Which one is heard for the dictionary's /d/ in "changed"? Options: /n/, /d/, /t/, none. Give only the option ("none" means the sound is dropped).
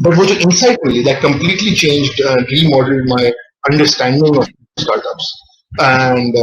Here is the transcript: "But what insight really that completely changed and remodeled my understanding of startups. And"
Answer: /d/